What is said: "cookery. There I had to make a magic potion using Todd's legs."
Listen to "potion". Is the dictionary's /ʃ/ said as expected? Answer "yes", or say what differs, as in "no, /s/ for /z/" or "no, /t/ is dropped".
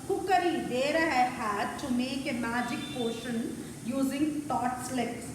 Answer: yes